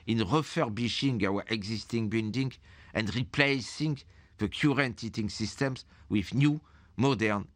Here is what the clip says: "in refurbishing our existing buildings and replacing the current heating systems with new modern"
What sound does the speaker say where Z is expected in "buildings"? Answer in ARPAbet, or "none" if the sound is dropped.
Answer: none